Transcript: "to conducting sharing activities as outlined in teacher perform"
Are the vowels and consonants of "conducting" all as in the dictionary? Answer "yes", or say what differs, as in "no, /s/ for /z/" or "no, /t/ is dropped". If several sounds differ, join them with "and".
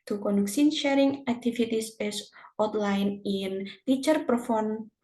no, /s/ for /t/